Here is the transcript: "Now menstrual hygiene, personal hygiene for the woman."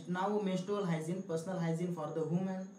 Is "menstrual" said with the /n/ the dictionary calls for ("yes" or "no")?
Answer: no